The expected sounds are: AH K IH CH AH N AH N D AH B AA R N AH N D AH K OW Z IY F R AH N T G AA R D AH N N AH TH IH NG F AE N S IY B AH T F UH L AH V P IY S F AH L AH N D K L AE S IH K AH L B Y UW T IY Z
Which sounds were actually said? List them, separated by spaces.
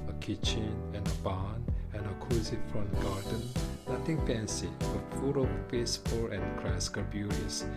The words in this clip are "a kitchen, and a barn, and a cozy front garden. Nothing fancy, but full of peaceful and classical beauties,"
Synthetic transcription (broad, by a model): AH K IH CH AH N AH N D AH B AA N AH N AH K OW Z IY F R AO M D G AA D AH N N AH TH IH NG P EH N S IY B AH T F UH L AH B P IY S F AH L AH N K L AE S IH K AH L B Y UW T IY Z